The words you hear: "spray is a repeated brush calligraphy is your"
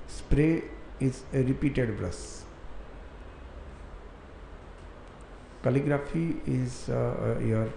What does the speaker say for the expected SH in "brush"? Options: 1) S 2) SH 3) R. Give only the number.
1